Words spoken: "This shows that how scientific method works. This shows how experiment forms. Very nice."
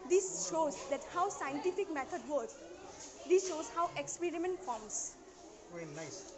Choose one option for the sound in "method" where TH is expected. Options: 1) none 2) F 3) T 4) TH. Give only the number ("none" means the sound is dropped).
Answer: 3